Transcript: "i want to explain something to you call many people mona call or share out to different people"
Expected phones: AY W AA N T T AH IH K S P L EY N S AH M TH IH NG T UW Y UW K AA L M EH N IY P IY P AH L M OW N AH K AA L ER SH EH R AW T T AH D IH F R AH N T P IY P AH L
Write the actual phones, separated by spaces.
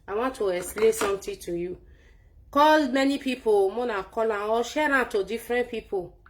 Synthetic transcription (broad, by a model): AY W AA N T T AH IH S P L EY S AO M T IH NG T UW Y UW K AA L M EH N IY P IY P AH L M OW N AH K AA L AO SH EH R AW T T AH D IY F R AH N P IY P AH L